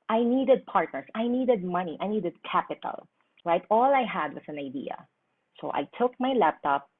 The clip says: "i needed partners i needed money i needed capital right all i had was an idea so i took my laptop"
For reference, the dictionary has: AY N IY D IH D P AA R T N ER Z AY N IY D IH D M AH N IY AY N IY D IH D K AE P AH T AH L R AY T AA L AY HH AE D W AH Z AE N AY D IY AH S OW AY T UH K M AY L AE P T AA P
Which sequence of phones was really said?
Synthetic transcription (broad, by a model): AY N IY D IH D P AA R T N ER S AY N IY D IH D M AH N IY AY N IY D IH D K AE P AH T AH L R AY T AA L AY HH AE D W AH S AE N AY D IY AH S OW AY T UH K M AY L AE P T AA P